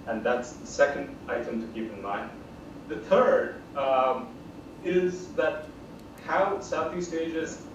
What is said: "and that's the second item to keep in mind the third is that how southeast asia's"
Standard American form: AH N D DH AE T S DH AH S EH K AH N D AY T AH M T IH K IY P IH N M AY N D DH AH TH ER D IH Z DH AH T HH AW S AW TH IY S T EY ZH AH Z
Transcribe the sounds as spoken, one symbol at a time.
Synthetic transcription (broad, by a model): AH N DH AE T S DH AH S EH K AH N D AY T AH M T IH K IY P IH N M AY N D DH AH TH ER D IH Z DH AH T HH AW S AW TH IY S T EY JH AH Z